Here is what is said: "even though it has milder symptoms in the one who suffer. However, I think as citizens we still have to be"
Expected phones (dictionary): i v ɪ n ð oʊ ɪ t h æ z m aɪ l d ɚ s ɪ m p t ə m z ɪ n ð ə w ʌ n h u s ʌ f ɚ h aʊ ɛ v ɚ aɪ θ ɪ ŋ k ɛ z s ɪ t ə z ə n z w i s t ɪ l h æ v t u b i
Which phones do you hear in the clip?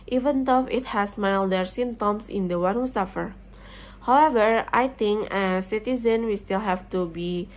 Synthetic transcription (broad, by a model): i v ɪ n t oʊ ɪ t h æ s m aɪ l d ɚ s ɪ m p t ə m s ɪ n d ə w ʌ n h u s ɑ f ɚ h aʊ ɛ v ɚ aɪ t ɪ ŋ k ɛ s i t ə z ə n w i s t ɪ l h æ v t u b i